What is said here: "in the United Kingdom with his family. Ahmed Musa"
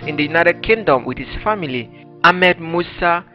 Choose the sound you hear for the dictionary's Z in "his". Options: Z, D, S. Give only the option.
S